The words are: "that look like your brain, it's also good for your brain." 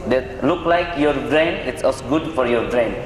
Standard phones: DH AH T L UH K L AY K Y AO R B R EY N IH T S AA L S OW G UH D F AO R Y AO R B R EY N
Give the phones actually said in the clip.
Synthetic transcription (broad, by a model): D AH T L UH K L AY K Y AO R B R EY N IH T S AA S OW G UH D F AO R Y AO R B R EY N